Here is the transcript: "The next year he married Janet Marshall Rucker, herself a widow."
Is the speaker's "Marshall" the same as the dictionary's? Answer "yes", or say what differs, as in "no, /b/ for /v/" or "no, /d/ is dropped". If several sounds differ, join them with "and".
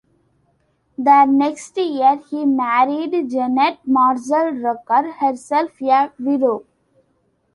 no, /s/ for /ʃ/